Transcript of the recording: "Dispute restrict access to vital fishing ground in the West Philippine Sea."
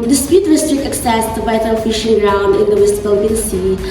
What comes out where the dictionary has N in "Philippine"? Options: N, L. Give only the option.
L